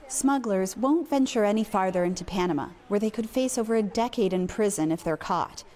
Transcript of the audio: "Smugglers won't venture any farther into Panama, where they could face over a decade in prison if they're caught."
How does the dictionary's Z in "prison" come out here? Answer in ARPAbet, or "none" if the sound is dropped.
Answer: Z